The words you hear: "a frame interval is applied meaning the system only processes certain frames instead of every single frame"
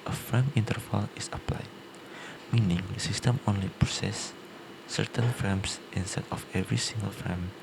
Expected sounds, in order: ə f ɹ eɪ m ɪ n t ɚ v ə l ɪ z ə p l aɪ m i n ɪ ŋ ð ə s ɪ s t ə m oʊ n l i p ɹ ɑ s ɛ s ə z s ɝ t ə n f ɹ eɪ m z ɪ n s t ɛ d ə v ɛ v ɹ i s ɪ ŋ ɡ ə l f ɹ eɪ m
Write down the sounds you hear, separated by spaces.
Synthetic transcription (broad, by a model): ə f eɪ m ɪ n t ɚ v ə l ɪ s ə p l aɪ m i n ɪ ŋ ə s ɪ s t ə m oʊ n l i p ɹ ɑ s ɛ s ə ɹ t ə n f eɪ m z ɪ n s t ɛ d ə f ɛ v ɹ i s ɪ ŋ ɡ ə l f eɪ m